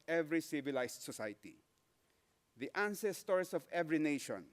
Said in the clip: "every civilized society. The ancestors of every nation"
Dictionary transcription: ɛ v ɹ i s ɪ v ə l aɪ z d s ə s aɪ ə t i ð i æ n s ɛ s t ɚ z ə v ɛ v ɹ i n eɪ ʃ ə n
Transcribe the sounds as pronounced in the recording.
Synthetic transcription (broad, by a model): ɛ v ɹ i s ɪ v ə l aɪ s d s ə s aɪ t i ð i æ n s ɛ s t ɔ s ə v ɛ v ɹ i n eɪ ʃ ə n